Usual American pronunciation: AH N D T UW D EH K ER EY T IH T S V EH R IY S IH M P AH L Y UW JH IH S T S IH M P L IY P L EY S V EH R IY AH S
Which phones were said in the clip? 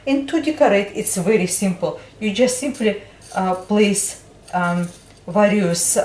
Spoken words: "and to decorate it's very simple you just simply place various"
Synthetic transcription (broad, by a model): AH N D T UW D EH K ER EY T IH T S V EH R IY S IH M P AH L Y UW JH IH S T S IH M P L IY P L EY S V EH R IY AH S